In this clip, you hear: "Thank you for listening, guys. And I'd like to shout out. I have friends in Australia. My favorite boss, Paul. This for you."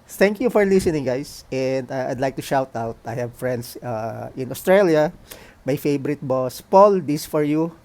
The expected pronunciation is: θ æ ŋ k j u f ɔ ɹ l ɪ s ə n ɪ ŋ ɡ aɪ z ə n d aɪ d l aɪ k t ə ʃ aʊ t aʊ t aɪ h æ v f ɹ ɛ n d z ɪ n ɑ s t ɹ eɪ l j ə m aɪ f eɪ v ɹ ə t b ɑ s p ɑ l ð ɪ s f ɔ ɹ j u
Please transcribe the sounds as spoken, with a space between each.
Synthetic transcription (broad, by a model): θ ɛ ŋ k j u f ɔ ɹ l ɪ s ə n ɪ ŋ ɡ aɪ s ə n d aɪ d l aɪ k t ə ʃ aʊ t aʊ t aɪ h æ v f ɹ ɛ n d s ɪ n ɑ s t ɹ eɪ l j ə m aɪ f eɪ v ɹ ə t b ɑ s p ɑ l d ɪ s f ɔ ɹ j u